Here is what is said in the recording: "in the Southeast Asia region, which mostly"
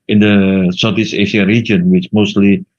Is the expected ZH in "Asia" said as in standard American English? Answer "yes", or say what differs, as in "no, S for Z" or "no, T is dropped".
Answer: no, SH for ZH